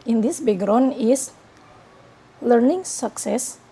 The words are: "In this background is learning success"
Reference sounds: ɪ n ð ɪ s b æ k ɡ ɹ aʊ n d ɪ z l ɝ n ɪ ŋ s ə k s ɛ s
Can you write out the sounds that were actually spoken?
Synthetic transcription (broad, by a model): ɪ n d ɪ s b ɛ ɡ ɹ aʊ n ɪ s l ɝ n ɪ ŋ s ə k s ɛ s